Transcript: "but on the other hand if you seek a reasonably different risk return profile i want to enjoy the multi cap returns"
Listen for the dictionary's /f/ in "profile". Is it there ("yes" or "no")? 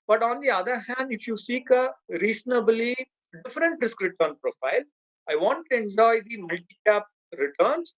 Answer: yes